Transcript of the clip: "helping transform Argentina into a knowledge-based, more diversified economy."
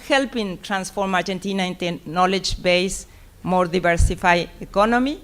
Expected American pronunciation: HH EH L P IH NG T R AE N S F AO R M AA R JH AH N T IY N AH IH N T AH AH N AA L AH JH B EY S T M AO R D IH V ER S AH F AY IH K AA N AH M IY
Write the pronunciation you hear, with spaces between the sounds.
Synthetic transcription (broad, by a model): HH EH L P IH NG T R AE N S F AO R M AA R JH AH N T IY N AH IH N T AH N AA L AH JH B EY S M AO R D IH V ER S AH F AY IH K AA N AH M IY